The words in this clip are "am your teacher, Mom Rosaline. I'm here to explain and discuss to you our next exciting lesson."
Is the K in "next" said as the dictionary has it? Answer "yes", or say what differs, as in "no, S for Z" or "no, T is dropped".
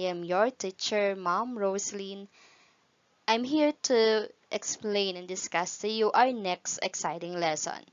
yes